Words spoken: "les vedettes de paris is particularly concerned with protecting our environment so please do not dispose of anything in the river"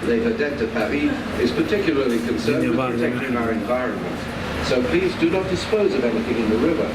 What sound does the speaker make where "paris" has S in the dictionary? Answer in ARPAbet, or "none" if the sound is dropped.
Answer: none